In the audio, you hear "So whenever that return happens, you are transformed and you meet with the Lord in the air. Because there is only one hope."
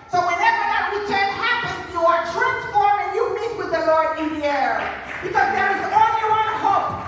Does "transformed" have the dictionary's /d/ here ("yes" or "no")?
no